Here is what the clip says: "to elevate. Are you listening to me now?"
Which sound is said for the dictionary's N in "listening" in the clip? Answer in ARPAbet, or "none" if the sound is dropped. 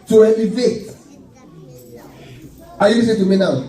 none